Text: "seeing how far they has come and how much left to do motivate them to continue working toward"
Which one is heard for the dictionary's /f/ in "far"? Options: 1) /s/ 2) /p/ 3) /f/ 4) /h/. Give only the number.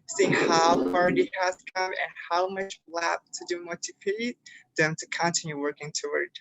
2